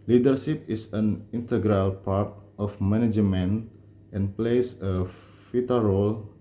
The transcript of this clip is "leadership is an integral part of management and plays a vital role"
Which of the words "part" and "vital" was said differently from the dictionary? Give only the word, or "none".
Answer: vital